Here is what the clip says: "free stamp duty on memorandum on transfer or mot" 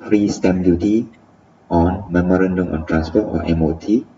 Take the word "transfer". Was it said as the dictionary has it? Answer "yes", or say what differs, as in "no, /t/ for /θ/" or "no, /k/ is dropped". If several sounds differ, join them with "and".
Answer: no, /p/ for /f/